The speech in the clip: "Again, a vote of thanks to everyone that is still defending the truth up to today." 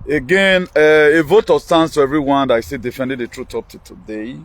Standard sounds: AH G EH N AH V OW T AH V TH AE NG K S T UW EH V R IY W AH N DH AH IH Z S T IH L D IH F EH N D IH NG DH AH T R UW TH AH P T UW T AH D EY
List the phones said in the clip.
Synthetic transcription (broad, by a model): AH G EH N AH V OW T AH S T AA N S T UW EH V R IY W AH N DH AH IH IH S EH D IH F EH N D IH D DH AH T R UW T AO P T UW T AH D EY